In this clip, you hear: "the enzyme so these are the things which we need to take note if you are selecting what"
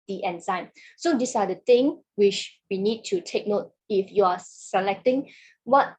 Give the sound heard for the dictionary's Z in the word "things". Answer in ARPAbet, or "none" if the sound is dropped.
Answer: none